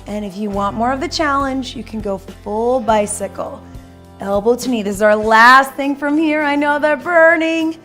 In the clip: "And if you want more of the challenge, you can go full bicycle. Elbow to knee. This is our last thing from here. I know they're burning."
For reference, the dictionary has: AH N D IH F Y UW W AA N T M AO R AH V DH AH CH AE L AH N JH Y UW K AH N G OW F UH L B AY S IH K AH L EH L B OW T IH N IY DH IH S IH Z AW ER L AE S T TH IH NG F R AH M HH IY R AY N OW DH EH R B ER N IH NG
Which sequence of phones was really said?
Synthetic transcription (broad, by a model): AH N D IH F Y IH W AA N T M AO R AH V DH AH CH AE L AH N JH Y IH K N G OW F UH L B AY S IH K L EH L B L T IH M IY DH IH IH Z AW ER L AE S T TH IH NG F R AH M HH IY R AY N OW DH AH R B ER N IH NG